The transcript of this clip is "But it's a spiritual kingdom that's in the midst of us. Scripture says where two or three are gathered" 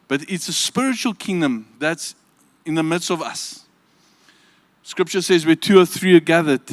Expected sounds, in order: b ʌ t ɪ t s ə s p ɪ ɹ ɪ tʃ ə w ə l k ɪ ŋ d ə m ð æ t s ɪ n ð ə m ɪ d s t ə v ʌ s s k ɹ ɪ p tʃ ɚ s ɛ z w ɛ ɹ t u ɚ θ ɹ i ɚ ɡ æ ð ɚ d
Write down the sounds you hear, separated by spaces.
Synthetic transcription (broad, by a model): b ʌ t ɪ t s ə s p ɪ ɹ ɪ tʃ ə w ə l k ɪ ŋ d ə m ð æ t s ɪ n ð ə m ɪ d s t ə v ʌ s s k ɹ ɪ p tʃ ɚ s ɛ z w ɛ t u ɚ θ ɹ i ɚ ɡ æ ð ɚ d